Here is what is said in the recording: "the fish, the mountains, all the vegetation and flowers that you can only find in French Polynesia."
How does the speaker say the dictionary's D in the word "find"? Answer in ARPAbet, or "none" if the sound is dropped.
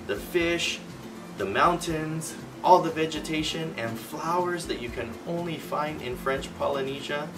D